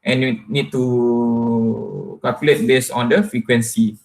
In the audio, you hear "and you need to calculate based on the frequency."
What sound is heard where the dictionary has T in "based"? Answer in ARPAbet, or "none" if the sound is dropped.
none